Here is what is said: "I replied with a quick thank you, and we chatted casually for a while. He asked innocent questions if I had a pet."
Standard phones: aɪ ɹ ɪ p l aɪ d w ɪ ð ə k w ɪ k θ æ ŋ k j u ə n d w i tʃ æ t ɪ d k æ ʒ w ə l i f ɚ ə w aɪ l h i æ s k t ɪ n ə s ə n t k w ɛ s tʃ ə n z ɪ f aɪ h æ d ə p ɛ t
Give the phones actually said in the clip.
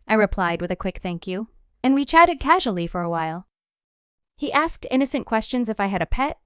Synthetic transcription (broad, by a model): aɪ ɹ ɪ p l aɪ d w ɪ ð ə k w ɪ k θ æ ŋ k j u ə n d w i tʃ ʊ t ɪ d k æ ʒ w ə l i f ɚ ə w aɪ l h i æ s k t ɪ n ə s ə n k w ɛ s tʃ ə n z ɪ f aɪ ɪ d ə p ɛ t